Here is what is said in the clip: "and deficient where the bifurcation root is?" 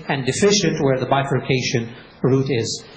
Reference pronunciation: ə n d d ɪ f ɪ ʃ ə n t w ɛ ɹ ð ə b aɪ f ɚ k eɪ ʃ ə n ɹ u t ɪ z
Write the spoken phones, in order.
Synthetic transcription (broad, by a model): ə n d d ɪ f ɪ ʃ ə n t w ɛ ɹ ð ə b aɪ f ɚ k eɪ ʃ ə n ɹ u t ɪ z